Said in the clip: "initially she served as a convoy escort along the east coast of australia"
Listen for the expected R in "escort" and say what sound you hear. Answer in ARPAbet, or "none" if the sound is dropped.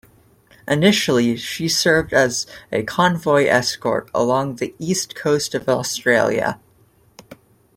R